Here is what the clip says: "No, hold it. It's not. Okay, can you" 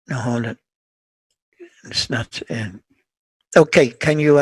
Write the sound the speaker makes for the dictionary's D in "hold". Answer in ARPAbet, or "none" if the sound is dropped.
none